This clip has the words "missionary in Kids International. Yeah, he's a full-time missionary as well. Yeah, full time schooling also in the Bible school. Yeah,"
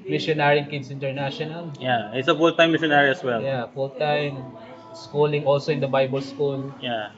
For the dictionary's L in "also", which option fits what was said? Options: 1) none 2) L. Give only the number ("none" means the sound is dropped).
2